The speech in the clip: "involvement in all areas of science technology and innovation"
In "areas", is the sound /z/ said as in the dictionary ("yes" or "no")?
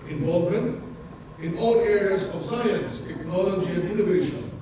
yes